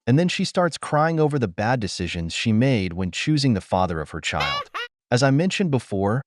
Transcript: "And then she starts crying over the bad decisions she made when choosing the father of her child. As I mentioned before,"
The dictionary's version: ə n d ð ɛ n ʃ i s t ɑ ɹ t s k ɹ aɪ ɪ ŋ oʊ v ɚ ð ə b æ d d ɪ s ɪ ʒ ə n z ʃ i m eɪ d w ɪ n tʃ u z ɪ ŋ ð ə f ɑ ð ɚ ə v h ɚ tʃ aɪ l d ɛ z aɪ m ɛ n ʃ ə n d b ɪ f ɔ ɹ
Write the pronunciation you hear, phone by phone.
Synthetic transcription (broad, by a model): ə n ð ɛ n ʃ i s t ɑ ɹ t s k ɹ aɪ ɪ ŋ oʊ v ɚ ð ə b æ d d ɪ s ɪ ʒ ə n z ʃ i m eɪ d w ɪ n tʃ u z ɪ ŋ ð ə f ɑ ð ɚ ə v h ɚ tʃ aɪ l d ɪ z aɪ m ɛ n ʃ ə n b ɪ f ɔ ɹ